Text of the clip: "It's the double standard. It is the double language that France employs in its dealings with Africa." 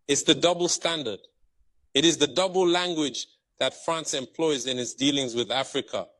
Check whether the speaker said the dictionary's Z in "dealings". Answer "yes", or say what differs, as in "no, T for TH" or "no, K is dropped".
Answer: yes